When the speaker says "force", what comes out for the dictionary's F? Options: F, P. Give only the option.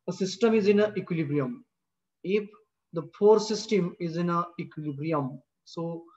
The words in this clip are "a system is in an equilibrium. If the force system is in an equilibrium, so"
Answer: P